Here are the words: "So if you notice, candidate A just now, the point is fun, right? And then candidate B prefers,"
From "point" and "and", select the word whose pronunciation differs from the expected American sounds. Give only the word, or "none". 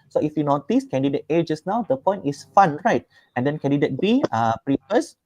point